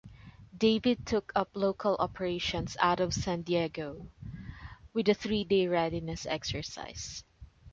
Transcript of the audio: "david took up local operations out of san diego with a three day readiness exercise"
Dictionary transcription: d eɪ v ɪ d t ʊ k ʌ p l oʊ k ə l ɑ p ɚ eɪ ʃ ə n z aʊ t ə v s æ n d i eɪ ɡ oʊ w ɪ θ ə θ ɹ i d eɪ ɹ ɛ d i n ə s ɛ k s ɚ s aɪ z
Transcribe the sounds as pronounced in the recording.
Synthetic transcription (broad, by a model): d eɪ v ɪ d t ʊ k ʌ p l oʊ k ə l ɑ p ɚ eɪ ʃ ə n s aʊ t ə v s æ n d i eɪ ɡ oʊ w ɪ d ə θ ɹ i d eɪ ɹ ɛ d i n ə s ɛ k s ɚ s aɪ s